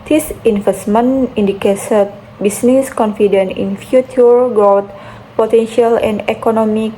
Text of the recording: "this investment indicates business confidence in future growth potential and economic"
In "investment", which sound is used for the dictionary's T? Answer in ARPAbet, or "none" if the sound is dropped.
none